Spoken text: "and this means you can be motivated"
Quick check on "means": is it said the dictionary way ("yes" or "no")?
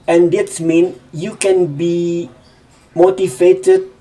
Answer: no